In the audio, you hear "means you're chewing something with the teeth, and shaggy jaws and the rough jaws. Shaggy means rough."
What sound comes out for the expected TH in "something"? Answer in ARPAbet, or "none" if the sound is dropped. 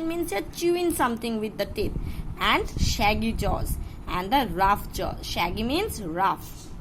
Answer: T